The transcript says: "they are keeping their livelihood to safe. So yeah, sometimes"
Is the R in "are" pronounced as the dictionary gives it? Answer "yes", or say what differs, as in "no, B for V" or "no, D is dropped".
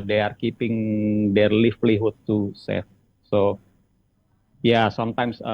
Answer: yes